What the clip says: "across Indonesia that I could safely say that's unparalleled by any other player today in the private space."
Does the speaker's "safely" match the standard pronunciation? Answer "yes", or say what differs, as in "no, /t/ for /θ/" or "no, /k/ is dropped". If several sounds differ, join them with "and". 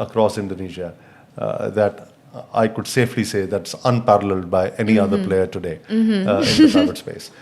yes